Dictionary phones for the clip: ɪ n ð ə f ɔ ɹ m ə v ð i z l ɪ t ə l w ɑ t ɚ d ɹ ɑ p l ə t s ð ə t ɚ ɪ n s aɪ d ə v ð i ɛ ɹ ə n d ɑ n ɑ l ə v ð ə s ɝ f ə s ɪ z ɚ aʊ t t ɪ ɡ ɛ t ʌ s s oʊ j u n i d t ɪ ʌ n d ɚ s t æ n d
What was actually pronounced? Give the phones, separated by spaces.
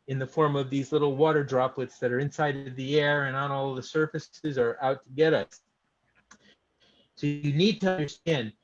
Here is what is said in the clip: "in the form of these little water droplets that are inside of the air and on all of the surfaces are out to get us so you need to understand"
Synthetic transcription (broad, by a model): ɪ n ð ə f ɔ ɹ m ə v ð i z l ɪ t l w ɑ t ɚ d ɹ ɑ p l ə t s ð ə t ɚ ɪ n s aɪ d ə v ð i ɛ ɹ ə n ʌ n ɑ l ð ə s ɝ f ə s ɪ z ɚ aʊ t t ɪ ɡ ɛ t ʌ s s oʊ j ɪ n i d t ɪ ʌ n d ɚ s t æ n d